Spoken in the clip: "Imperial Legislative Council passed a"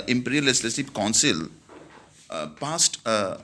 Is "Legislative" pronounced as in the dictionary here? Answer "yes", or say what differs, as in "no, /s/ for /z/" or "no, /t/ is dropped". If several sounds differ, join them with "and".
no, /s/ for /t/ and /p/ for /v/